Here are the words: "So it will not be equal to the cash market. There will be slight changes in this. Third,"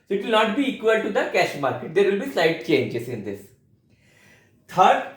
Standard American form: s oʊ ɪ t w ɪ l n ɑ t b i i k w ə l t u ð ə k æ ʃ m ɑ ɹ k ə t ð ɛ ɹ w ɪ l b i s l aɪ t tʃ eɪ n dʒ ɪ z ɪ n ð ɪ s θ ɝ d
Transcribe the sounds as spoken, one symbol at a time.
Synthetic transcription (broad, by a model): s oʊ ɪ t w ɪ l n ɑ t b i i k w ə l t u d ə k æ ʃ m ɑ ɹ k ə t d ɛ ɹ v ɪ l b i s aɪ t tʃ eɪ n dʒ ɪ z ɪ n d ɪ s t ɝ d